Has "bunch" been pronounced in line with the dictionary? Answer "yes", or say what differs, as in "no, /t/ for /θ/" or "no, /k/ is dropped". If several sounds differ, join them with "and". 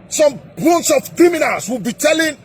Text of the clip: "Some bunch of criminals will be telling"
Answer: no, /s/ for /tʃ/